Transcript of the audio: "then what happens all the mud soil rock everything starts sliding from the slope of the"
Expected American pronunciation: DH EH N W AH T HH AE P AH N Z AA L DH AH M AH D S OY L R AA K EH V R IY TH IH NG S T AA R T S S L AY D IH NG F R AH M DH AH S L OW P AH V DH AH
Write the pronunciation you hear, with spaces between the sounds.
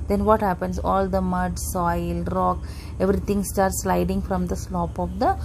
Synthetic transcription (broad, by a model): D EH N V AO T HH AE P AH N S AA L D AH M AH D S OY L R AA K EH V R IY T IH NG S T AA R T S S L AY D IH NG F R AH M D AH S L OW P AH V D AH